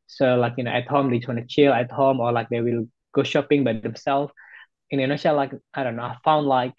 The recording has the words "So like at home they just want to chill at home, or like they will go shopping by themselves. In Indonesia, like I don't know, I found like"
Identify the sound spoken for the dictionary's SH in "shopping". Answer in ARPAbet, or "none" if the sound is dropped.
SH